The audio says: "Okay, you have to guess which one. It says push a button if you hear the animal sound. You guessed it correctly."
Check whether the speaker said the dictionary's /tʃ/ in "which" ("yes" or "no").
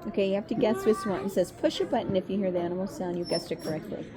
no